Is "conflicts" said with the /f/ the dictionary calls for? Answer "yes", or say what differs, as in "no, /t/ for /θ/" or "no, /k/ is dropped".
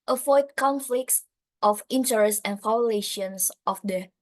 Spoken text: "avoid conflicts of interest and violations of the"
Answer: yes